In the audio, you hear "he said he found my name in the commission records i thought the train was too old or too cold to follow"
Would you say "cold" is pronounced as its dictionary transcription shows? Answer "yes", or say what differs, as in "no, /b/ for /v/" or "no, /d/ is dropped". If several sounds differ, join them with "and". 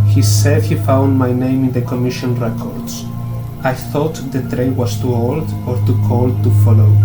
yes